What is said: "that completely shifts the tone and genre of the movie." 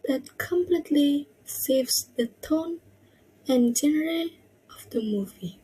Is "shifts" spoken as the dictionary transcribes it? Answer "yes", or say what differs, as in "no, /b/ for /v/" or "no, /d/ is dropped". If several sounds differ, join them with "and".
no, /s/ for /ʃ/